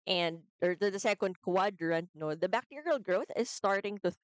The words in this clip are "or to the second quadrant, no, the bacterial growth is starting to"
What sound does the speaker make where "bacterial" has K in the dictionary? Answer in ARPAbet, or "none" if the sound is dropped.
K